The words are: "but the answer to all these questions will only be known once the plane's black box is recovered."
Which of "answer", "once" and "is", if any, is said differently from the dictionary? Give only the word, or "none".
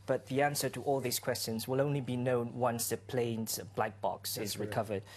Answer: none